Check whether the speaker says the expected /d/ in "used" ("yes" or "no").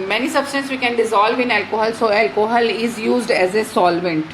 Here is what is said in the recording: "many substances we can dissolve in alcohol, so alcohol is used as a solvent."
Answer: yes